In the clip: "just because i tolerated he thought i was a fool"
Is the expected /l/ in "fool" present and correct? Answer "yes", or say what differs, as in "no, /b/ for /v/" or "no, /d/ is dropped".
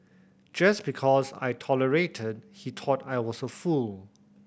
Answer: yes